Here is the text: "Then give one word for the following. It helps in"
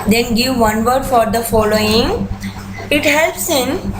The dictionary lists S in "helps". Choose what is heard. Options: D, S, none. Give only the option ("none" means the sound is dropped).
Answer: S